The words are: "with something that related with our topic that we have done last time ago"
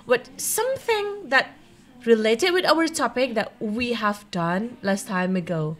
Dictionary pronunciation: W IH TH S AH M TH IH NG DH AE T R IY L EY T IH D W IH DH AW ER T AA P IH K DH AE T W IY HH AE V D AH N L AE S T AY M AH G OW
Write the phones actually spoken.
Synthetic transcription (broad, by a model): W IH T S AH M TH IH NG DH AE T R IY L EY T IH D W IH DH AW ER T AA P IH K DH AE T W IY HH AE V D AH N L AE S T AY M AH G OW